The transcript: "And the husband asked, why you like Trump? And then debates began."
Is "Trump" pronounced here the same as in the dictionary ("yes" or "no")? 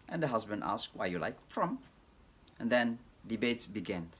no